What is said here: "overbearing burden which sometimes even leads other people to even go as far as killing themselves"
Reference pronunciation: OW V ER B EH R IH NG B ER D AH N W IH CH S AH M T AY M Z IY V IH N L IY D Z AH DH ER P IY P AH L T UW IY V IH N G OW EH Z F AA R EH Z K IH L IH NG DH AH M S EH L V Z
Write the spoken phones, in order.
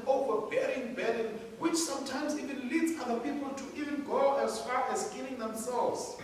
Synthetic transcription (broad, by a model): OW V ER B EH R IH NG B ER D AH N W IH CH S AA M T AY M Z IY V IH N L IY D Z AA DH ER P IY P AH L T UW IY V IH N G OW EH Z F AA R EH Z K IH N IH NG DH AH M S EH L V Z